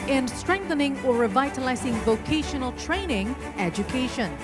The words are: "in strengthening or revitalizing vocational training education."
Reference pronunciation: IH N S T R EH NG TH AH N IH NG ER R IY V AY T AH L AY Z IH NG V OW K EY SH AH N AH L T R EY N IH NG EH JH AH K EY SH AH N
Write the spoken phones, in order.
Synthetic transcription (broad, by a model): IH N S T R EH NG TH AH N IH NG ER R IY V AY T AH L AY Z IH NG V OW K EY SH AH N AH L T R EY N IH NG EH JH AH K EY SH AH N